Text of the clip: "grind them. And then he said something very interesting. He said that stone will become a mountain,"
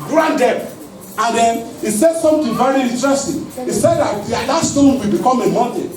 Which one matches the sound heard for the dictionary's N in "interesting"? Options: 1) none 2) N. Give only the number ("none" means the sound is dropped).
1